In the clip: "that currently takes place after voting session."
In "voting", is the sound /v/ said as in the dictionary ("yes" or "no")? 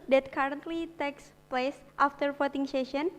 no